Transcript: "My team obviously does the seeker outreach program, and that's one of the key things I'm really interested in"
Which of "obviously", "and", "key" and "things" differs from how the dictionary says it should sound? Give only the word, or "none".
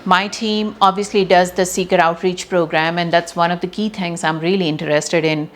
things